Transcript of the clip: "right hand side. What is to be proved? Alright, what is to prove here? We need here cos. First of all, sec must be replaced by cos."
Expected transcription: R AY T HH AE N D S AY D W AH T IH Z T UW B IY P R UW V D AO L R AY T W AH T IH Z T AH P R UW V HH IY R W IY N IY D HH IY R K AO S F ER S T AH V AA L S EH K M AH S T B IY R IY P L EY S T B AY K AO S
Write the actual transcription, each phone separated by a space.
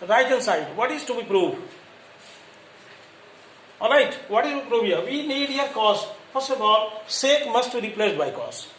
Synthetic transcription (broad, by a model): R AY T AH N S AY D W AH T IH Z T UW B IY P R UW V AO L R AY T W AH T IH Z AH P R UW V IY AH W IY N IY D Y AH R K AO S P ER S AH B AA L S EH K M AH S T B IY R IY P L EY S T B AY K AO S